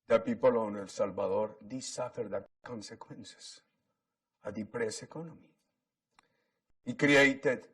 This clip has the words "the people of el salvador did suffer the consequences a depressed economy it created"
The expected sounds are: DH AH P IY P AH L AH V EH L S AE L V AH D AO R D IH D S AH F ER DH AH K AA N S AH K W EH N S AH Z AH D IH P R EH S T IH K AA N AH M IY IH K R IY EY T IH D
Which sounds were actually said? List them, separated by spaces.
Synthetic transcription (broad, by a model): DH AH P IY P AH L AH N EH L S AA L B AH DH AO R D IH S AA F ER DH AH K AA N S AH K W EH N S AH S AH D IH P R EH S IH K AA N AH M IY IH K R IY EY T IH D